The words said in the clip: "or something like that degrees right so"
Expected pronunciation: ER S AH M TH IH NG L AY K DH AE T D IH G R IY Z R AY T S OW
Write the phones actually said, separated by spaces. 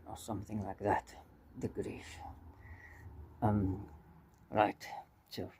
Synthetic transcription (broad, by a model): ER S AH M TH IH NG L AY K DH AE T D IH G R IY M R AY T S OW